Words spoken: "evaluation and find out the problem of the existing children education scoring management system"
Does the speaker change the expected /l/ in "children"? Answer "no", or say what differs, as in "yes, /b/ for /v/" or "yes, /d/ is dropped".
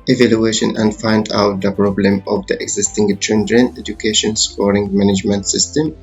yes, /n/ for /l/